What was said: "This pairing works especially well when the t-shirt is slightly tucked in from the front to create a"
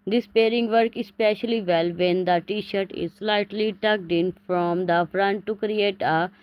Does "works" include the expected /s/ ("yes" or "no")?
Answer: no